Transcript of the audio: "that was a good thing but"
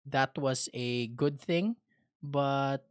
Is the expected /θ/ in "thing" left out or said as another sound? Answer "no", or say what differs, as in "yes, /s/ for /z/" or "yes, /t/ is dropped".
no